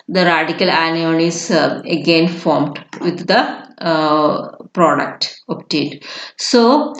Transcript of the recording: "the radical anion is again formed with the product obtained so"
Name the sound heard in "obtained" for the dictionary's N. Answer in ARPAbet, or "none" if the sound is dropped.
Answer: none